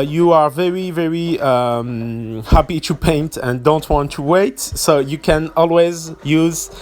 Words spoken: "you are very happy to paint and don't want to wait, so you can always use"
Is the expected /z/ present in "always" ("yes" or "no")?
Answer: yes